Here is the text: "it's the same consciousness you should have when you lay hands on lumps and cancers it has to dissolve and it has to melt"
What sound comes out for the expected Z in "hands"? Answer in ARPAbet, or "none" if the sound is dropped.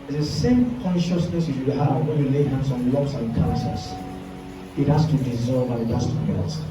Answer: S